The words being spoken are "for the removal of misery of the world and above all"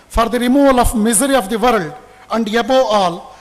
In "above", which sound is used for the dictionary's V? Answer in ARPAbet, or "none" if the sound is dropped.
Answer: none